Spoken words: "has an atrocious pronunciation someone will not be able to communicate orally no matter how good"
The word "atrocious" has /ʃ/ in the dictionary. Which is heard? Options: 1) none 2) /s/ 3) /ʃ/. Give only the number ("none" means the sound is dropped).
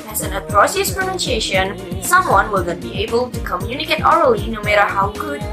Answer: 2